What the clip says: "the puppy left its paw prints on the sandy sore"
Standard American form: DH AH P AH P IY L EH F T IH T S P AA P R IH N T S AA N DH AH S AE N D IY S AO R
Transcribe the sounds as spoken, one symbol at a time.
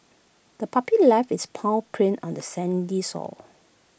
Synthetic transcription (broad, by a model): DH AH P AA P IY L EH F IH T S P AA P R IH N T AA N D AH S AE N D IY S AO L